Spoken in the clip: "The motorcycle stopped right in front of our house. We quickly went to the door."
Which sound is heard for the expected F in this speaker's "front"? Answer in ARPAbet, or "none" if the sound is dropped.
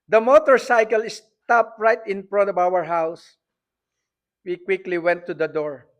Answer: P